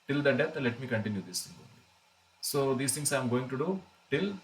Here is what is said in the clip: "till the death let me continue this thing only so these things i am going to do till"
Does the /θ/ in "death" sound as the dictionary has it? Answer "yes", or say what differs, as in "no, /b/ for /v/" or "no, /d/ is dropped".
no, /t/ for /θ/